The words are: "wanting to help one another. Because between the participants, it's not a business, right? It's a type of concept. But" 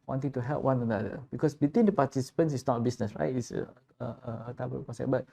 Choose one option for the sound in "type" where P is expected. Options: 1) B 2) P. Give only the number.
1